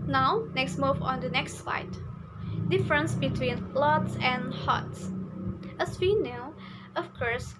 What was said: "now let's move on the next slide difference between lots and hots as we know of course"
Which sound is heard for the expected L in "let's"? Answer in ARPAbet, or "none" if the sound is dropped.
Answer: N